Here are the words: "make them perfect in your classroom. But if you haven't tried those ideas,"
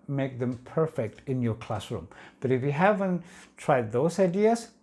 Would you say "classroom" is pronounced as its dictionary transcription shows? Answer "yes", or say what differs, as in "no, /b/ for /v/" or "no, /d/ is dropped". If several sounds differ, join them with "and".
yes